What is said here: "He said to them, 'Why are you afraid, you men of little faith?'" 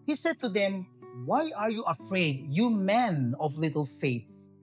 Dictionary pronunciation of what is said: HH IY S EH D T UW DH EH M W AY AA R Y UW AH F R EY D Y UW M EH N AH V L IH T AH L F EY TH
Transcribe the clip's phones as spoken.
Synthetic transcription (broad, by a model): HH IY S EH D T UW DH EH M W AY AA R Y UW AH F R EY D Y UW M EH N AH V L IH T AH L F EY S